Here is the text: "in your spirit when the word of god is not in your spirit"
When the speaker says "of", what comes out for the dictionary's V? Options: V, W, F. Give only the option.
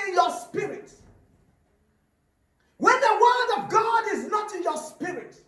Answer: V